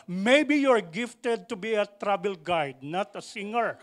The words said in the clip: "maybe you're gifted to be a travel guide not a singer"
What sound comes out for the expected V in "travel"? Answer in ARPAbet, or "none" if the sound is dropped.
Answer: B